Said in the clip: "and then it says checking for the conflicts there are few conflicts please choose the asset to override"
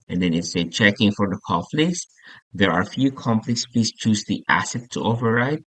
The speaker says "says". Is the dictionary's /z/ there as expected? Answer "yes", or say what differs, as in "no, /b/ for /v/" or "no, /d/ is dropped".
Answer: no, /z/ is dropped